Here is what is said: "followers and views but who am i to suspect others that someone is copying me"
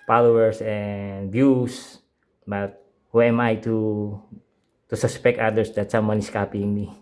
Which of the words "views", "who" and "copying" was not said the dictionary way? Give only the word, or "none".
views